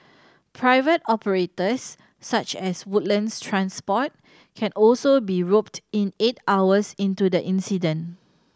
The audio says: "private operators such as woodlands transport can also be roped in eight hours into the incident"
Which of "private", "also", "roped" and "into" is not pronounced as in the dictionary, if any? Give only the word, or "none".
none